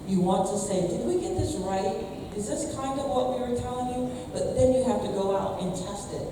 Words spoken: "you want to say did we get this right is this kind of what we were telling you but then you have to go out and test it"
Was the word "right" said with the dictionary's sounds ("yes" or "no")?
yes